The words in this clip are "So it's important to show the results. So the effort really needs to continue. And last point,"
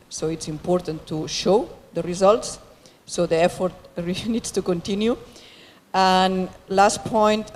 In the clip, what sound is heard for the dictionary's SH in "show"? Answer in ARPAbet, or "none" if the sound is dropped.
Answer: SH